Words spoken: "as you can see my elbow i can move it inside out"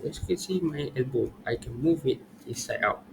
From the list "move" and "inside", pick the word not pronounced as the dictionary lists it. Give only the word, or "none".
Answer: inside